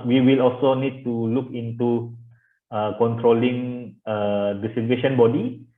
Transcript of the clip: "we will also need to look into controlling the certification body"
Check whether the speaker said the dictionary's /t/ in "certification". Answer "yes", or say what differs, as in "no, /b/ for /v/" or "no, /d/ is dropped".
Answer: no, /s/ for /t/